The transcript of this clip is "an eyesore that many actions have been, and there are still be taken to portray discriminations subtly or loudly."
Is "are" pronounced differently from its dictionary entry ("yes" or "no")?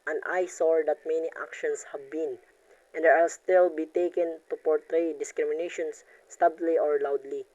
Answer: yes